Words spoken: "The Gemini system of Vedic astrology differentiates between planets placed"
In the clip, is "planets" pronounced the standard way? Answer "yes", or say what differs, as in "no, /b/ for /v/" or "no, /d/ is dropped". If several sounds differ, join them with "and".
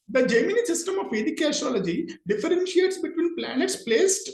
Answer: yes